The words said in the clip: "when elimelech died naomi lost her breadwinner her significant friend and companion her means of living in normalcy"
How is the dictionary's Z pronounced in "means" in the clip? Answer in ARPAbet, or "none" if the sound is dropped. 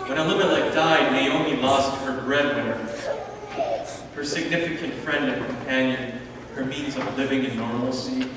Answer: Z